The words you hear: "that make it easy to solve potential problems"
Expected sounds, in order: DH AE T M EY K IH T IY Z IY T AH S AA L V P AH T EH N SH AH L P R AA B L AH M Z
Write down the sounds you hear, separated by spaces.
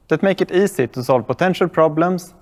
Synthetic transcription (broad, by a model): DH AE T M EY K IH T IY S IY T AH S AA L V P AH T EH N SH AH L P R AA B L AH M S